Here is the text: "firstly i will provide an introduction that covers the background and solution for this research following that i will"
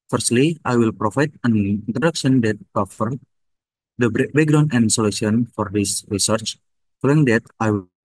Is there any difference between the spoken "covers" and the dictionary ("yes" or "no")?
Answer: yes